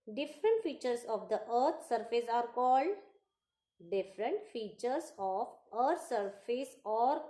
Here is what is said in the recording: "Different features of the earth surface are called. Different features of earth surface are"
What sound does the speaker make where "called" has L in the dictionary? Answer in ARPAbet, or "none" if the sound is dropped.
L